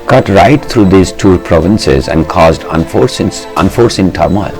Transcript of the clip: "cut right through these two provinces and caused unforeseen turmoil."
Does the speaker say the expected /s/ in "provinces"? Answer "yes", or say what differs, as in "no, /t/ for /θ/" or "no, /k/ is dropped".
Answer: yes